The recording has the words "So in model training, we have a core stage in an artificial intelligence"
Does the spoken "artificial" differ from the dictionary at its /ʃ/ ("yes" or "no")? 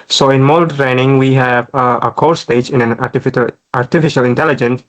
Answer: no